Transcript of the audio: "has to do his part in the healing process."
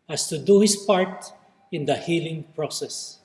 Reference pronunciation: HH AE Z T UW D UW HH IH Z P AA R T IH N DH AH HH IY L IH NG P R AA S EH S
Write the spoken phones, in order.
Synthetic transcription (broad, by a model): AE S T UW D UW HH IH S P AA R T IH N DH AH HH IY L IH NG P R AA S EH S